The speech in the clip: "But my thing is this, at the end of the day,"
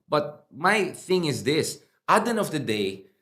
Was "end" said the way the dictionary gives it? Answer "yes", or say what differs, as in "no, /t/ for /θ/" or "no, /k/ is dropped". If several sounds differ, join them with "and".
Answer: no, /d/ is dropped